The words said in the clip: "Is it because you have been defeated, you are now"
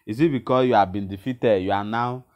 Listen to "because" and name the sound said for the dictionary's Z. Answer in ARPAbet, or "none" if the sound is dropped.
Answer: none